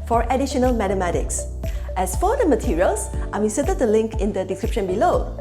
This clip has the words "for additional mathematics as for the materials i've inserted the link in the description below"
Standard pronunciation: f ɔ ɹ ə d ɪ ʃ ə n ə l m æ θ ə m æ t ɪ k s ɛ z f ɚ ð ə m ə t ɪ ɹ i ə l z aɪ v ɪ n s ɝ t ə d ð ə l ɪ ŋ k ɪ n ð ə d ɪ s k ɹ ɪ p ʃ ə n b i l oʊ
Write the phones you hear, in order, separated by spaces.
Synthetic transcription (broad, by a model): f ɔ ɹ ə d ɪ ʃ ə n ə l m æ t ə m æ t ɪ k s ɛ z f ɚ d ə m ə t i ɹ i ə l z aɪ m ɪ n s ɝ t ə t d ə l ɪ ŋ k ɪ n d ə d ɪ s k ɹ ɪ p ʃ ə n b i l oʊ